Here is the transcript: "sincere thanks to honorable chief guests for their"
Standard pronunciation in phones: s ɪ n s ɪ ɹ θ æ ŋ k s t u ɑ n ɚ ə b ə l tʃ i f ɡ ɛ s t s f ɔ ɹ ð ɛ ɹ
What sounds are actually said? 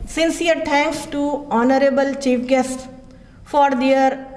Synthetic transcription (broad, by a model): s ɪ n s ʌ ɹ t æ ŋ k s t u ɑ n ɚ ə b ə l tʃ i f ɡ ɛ s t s f ɔ ɹ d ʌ ɹ